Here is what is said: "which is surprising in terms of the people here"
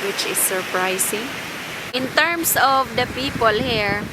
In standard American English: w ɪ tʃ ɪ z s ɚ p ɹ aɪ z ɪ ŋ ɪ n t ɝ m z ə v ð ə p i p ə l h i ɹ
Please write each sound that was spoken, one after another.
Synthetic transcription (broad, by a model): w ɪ tʃ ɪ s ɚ p ɹ aɪ s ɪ ŋ ɪ n t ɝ m s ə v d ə p i p ə l h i ɹ